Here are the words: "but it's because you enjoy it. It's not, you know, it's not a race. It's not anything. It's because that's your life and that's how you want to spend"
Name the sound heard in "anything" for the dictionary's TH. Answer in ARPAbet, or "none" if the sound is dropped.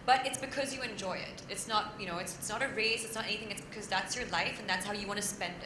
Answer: TH